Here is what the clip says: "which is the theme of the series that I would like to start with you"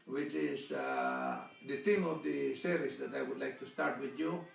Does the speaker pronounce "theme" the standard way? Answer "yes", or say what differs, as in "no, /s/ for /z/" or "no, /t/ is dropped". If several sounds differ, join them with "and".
no, /t/ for /θ/